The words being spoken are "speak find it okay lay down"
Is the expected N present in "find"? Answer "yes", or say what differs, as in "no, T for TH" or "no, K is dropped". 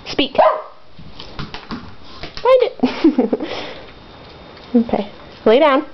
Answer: no, N is dropped